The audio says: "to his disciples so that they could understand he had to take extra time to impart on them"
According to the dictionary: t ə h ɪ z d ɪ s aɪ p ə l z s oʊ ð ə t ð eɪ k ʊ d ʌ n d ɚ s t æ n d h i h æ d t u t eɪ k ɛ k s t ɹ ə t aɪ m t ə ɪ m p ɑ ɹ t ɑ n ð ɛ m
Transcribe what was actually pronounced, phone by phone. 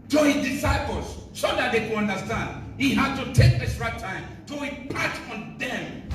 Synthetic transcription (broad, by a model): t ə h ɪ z d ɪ s aɪ p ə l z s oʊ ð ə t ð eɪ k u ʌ n d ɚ s t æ n d h i h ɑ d t u t eɪ k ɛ s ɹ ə t aɪ m t ə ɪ p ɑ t ɑ n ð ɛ m